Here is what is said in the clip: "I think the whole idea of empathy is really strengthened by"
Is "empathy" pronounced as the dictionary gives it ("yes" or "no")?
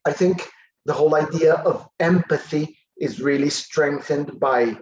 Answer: yes